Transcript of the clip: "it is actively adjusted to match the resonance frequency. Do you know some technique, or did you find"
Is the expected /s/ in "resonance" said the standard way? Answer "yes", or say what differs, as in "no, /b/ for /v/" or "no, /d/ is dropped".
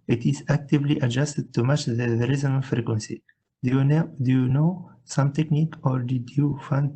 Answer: no, /s/ is dropped